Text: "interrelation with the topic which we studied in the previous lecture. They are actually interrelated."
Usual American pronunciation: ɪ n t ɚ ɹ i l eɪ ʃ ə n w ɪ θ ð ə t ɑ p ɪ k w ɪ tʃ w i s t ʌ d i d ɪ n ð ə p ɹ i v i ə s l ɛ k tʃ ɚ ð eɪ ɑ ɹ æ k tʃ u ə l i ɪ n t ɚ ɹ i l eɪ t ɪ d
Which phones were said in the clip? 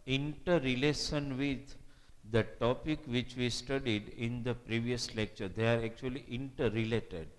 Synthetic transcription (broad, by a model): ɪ n t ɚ ɹ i l eɪ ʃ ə n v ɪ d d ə t ɑ p ɪ k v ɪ tʃ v i s t ʌ d i d ɪ n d ə p ɹ i v i ə s l ɛ k tʃ ɚ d eɪ ɑ ɹ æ k tʃ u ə l i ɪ n t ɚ ɹ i l eɪ t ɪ d